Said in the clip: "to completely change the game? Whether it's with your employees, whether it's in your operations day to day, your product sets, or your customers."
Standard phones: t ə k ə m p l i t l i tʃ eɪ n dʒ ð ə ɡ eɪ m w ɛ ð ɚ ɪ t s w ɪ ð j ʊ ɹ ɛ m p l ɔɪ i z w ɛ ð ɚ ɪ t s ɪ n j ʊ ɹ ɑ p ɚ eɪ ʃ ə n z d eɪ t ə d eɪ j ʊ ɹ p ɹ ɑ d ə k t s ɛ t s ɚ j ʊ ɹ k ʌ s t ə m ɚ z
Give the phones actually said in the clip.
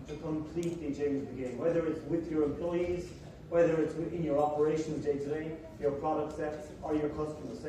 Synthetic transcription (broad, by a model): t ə k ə m p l i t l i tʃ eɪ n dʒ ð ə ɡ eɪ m w ɛ ð ɚ ɪ t s w ɪ ð j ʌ ɹ ɛ m p l ɔɪ i z w ɛ ð ɚ ɪ t s ɪ n j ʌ ɹ ɑ p ɚ eɪ ʃ ə n z d eɪ t ə d eɪ j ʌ ɹ p ɹ ɑ d ə k t s ɛ t s ɚ j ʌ ɹ k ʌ s t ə m ɚ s